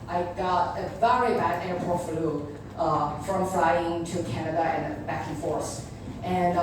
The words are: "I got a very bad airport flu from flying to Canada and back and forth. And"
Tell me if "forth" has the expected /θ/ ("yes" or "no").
no